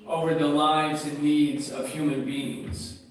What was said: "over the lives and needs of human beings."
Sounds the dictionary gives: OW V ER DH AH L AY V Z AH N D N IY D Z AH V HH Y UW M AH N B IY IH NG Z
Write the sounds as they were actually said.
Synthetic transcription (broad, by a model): OW V ER DH AH L AY V Z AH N N IY D Z AH V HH Y UW M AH N B IY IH NG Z